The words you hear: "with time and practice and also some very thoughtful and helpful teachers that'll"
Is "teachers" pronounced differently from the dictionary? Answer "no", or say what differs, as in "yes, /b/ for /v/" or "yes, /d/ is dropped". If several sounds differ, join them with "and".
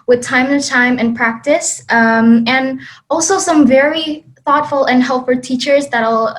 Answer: no